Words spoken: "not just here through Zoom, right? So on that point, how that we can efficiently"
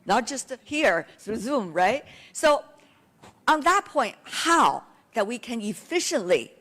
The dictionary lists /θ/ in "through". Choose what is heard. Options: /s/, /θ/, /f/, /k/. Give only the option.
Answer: /s/